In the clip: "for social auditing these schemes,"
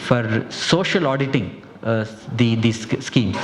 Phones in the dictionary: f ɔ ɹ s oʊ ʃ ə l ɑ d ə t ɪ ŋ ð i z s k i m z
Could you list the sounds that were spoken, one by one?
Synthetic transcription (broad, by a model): f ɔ ɹ s oʊ ʃ ə l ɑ d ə t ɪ ŋ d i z s k i m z